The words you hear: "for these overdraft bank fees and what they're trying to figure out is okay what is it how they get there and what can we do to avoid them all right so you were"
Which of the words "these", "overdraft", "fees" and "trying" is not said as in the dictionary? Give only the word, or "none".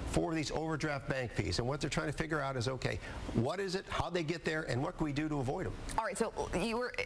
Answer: fees